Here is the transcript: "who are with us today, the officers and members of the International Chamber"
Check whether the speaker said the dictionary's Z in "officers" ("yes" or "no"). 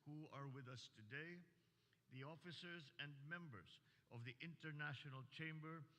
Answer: yes